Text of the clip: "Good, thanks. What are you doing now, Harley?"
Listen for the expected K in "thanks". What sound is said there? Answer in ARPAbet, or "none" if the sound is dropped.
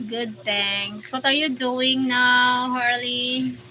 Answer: none